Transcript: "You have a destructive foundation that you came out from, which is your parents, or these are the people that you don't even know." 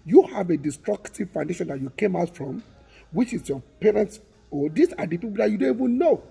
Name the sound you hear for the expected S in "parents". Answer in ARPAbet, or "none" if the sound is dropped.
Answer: S